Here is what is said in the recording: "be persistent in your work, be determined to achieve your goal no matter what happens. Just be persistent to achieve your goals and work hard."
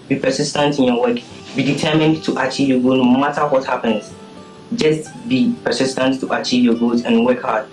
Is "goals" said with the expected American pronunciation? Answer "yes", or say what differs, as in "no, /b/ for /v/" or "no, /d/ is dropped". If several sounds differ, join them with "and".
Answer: no, /l/ is dropped